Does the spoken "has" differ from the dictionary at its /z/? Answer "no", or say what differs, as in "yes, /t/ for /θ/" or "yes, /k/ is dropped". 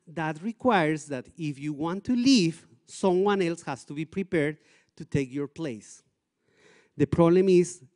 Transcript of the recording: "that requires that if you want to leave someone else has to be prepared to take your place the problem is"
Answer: yes, /s/ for /z/